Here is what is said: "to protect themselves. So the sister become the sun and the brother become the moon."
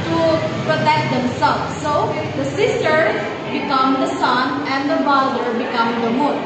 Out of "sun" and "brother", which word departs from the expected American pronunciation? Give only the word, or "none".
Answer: brother